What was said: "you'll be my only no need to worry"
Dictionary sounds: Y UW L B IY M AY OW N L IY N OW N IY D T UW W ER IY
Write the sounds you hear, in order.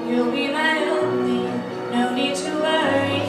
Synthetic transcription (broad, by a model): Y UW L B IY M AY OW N IY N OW N IY D T UW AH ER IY